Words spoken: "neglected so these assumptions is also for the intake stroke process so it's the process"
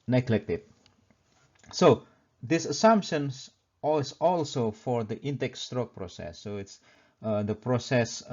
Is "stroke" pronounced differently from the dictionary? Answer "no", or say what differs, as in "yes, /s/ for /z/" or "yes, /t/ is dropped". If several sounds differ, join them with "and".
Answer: no